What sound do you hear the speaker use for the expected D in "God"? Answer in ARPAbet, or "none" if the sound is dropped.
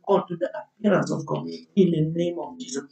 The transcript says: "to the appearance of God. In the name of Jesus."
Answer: none